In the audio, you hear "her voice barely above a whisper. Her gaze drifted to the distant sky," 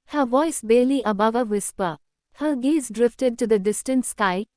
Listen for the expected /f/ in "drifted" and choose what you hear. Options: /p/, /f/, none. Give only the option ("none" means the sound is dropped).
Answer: /f/